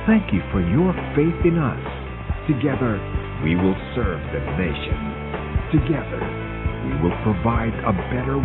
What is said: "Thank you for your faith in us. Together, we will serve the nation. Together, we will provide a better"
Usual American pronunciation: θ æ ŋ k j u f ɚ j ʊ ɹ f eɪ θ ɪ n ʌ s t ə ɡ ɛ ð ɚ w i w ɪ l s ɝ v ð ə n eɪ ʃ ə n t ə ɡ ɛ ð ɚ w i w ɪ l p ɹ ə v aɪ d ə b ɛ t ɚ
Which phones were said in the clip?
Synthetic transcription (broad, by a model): θ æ ŋ k j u f ɚ j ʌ ɹ f eɪ θ ɪ n ʌ s t ə ɡ ɛ ð ɚ w i w ɪ l s ɝ v ð ə n eɪ ʃ ə n t ə ɡ ɛ ð ɚ w i w ɪ l p ɹ ə v aɪ d ə b ɛ t ɚ